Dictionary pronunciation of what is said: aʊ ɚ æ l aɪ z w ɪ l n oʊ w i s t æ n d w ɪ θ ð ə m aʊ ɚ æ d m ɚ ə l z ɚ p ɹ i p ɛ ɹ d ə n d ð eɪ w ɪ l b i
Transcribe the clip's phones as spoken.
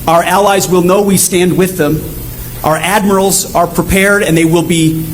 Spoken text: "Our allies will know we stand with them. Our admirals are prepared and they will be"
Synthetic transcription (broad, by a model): aʊ ɚ æ l aɪ z w ɪ l n oʊ w i s t æ n d w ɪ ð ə m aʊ ɚ æ d m ɚ l z ɚ p ɹ i p ɛ ɹ d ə n ð eɪ w ɪ l b i